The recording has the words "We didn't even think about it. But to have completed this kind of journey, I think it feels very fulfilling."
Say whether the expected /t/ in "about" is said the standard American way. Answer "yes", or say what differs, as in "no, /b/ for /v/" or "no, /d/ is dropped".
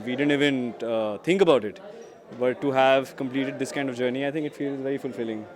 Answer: yes